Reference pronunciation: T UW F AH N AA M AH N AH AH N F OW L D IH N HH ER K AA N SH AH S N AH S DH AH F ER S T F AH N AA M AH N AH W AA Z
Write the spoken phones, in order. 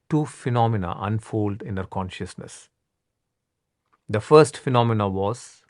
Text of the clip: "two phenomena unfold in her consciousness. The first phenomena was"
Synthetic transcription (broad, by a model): T UW F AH N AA M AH N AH AH N F OW L D IH N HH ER K AA N SH AH S N AH S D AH F ER S T F AH N AA M AH N AH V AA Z